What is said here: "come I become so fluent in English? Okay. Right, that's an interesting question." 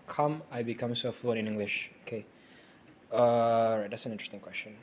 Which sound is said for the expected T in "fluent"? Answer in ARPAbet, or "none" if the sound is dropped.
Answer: none